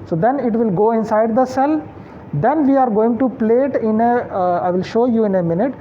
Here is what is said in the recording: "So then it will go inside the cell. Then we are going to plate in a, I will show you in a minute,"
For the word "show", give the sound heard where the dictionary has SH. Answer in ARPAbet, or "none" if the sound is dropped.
SH